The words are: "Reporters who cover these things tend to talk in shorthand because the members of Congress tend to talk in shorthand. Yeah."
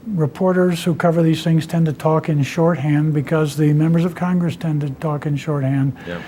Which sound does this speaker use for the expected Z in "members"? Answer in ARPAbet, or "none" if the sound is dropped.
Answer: Z